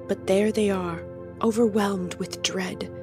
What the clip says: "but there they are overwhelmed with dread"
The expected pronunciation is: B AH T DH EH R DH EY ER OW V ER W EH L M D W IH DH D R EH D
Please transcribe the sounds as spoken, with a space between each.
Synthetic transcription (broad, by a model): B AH T DH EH R DH EY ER OW V ER W EH L M D W IH DH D R EH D